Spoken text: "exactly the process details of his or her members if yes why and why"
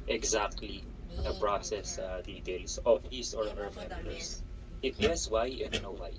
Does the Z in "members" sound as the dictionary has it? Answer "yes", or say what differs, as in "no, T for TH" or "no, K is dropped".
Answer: no, S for Z